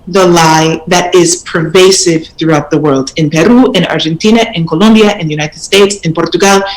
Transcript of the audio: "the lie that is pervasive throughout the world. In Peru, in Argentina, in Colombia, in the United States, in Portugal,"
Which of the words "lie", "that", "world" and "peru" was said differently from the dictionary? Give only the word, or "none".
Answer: none